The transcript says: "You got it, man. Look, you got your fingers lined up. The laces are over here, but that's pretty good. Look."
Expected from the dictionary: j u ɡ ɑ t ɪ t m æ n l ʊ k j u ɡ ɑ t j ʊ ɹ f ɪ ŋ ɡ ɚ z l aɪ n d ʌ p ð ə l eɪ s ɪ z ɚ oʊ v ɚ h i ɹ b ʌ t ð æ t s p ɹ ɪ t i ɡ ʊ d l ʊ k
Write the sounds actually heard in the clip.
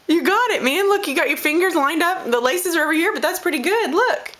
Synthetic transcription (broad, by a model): j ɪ ɡ ɑ t ɪ t m æ n l ʊ k j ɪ ɡ ɑ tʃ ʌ ɹ f ɪ ŋ ɡ ɚ z l aɪ n d ʌ p ð ə l eɪ s ɪ z ɚ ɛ v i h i ɹ b ʌ t ð æ t s p ɹ ɪ t i ɡ ʊ d l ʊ k